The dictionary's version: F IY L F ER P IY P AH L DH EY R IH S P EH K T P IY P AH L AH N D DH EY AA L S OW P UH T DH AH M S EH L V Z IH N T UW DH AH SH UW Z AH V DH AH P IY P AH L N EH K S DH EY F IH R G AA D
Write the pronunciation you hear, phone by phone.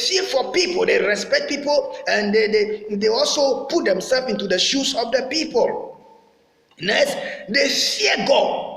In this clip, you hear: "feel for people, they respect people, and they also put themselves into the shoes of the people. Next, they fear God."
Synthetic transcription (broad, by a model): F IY F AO P IY P AH L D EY R IH S P EH K T P IY P AH L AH N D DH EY AA L S OW P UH T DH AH M S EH L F IH N T UW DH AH SH UW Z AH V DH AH P IY P AH L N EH S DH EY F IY G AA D